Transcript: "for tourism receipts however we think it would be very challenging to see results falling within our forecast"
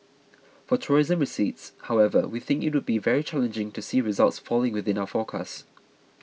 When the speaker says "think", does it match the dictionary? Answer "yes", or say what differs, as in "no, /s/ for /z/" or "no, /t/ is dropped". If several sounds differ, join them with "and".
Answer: yes